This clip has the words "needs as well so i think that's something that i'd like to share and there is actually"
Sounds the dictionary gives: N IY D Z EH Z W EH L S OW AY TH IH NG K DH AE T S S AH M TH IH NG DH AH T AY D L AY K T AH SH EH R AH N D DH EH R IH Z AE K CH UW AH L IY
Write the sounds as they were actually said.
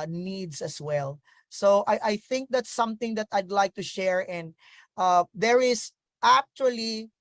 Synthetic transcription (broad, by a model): N IY D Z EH S W EH L S OW AY TH IH NG K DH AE T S S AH M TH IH NG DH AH T AY D L AY K T AH SH EH R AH N D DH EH R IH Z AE K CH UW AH L IY